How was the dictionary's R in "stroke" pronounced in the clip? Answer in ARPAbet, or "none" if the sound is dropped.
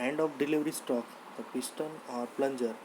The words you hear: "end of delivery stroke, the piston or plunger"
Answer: none